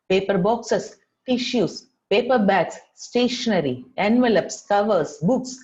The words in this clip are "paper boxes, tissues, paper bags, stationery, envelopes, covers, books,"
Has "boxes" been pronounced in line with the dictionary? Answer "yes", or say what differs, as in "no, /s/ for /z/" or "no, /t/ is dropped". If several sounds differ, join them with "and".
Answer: no, /s/ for /z/